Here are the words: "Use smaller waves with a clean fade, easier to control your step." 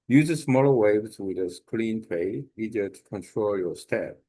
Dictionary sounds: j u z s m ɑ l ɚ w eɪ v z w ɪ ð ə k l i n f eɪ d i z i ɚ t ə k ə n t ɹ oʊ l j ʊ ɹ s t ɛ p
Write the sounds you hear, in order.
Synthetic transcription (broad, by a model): j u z s m ɑ l ɚ w eɪ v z w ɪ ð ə k l i n p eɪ i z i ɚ t ə k ə n t ɹ oʊ l j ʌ ɹ s t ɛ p